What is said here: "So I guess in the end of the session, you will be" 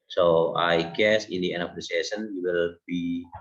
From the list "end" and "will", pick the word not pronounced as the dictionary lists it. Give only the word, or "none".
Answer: end